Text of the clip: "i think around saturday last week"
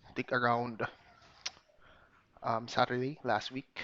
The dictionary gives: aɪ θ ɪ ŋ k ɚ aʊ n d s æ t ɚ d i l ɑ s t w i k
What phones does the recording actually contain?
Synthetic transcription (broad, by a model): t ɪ k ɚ aʊ n d s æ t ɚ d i l ɑ s t w i k